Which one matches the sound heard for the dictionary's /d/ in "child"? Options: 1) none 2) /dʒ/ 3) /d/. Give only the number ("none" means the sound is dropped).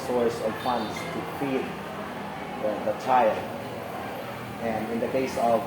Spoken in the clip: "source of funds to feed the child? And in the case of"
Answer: 1